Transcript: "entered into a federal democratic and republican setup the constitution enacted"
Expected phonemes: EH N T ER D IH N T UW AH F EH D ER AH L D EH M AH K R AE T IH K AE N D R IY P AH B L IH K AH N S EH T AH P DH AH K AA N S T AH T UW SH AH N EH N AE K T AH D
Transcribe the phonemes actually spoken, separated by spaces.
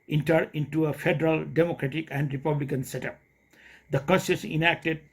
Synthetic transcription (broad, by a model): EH N T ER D IH N T UW AH F EH D ER AH L D EH M AH K R AE T IH K AE N D R IY P AH B L IH K AH N S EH T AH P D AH K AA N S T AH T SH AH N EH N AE K T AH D